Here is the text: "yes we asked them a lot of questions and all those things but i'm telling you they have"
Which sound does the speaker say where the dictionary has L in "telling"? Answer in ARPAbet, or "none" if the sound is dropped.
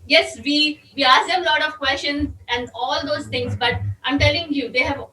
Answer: L